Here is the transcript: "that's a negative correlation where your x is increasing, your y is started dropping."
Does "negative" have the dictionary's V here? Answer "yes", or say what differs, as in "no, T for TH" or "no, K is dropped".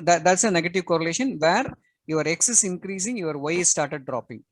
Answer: yes